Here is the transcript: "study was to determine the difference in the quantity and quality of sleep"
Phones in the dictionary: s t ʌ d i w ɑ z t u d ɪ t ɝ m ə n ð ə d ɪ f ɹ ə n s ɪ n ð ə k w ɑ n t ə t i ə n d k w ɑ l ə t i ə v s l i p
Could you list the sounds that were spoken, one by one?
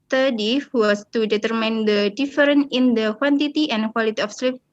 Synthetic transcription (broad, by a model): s t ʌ d i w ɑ s t u d ɪ t ɝ m ə n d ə d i f ɹ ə n ɪ n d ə k w ɑ n t ə t i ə n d k w ɑ l ə t i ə f s l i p